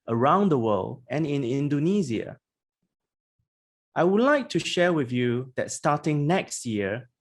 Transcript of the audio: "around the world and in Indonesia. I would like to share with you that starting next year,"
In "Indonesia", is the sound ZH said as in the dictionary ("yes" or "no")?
no